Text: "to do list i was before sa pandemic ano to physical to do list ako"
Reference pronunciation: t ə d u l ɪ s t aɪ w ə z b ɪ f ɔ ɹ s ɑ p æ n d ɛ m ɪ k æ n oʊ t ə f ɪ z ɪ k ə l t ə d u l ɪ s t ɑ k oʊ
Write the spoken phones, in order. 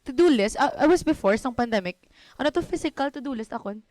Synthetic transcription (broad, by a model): t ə d u l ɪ s t aɪ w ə s b ɪ f ɔ ɹ s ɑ p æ n d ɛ m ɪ k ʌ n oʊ t ə f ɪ s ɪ k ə l t ə d u l ɪ s t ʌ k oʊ